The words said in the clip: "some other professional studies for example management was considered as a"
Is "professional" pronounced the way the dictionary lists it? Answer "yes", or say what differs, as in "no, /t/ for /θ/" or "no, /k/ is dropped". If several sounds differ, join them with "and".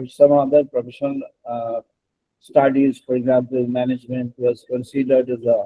no, /n/ is dropped and /n/ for /l/